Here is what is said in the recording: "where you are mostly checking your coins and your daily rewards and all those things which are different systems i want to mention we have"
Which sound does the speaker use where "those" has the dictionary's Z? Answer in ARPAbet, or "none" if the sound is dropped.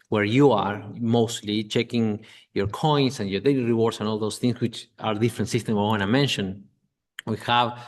S